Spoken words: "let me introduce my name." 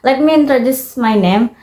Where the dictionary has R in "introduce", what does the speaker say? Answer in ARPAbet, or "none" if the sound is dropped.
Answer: R